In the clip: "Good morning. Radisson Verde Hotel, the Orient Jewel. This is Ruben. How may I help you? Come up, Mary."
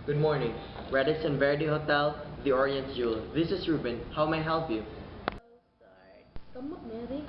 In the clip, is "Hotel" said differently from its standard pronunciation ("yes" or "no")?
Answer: no